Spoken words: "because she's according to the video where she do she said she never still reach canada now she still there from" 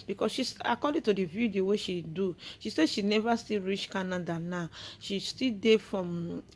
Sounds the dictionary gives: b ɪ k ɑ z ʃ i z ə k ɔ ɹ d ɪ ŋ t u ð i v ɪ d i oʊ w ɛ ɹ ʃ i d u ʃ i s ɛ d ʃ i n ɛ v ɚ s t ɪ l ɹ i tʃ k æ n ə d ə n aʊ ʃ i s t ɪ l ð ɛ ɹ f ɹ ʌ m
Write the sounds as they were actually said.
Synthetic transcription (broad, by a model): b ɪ k ɑ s ʃ i s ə k ɔ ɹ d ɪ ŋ t u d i v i d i oʊ w ɛ ʃ i d u ʃ i s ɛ ʃ i n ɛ v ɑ s t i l ɹ i tʃ k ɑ n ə d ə n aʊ ʃ i s t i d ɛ f ɹ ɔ m